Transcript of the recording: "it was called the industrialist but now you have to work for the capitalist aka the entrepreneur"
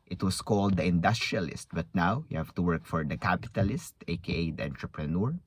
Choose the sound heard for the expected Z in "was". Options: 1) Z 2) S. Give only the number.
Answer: 2